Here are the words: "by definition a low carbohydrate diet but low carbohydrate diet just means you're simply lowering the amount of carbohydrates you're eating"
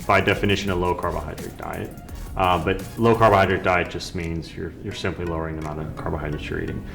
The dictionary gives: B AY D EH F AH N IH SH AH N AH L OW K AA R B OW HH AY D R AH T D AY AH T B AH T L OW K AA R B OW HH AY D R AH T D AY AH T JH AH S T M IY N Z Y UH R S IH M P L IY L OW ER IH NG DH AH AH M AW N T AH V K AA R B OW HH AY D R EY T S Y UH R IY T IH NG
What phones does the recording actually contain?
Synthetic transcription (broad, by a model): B AY D EH F AH N IH SH AH N AH L OW K AA R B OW HH AY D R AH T D AY AH T B AH T L OW K AA R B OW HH AY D R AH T D AY AH T JH AH S T M IY N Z Y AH R S IH M P L IY L OW ER IH NG DH AH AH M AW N AH K AA R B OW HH AY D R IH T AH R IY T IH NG